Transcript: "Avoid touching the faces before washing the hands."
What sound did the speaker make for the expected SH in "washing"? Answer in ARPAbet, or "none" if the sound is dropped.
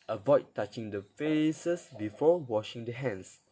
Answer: SH